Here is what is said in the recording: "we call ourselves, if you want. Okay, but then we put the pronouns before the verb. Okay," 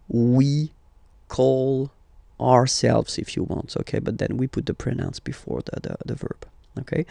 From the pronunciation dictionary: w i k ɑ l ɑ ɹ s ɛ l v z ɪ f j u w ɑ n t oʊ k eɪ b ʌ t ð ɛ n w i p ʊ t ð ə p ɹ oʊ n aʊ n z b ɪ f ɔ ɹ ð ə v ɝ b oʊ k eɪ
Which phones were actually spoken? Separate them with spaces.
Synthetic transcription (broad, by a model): w i k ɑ l ɑ ɹ s ɛ l v z ɪ f j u w ɑ n t oʊ k eɪ b ʌ t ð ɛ n w i p ʊ t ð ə p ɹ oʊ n aʊ n s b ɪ f ɔ ɹ ð ə v ɝ b oʊ k eɪ